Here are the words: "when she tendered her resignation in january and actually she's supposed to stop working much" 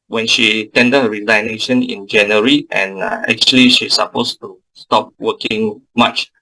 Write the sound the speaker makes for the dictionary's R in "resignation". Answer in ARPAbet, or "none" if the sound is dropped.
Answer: L